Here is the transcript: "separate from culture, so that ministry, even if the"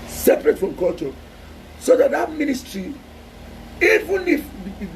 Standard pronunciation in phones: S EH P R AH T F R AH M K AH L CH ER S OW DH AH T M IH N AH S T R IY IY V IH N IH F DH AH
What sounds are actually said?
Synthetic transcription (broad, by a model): S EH P R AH T F R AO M K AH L CH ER S OW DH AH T M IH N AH S T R IY IY V IH N IH F